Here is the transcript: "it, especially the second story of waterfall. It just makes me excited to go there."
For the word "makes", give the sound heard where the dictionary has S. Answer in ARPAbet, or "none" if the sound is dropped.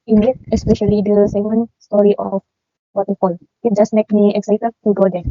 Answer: none